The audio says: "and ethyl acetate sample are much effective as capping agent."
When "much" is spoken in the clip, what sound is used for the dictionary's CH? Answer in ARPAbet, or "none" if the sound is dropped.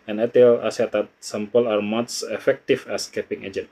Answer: S